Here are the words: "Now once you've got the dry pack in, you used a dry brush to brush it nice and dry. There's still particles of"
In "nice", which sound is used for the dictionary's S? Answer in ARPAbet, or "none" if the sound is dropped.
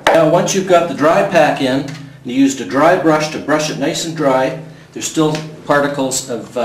none